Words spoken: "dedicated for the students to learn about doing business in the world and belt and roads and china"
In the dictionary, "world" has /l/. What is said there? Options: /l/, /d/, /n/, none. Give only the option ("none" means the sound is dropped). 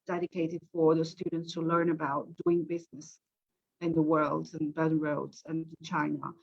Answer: /l/